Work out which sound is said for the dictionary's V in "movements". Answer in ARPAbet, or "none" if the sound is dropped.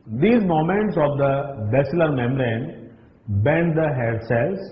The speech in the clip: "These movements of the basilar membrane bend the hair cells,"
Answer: none